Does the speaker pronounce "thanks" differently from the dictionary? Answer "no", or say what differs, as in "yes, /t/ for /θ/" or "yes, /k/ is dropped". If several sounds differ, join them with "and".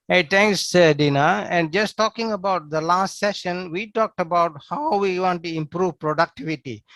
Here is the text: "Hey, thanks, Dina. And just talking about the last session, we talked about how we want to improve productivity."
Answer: yes, /t/ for /θ/